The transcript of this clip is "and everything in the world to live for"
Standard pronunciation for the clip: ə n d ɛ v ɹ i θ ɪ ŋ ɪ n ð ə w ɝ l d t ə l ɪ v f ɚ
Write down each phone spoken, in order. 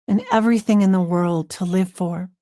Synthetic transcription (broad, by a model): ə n ɛ v ɹ i θ ɪ ŋ ɪ n ð ə w ɝ l d t ə l ɪ v f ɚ